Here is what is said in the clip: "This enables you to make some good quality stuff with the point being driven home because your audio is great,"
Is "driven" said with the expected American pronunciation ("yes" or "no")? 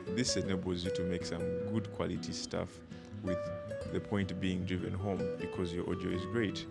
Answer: yes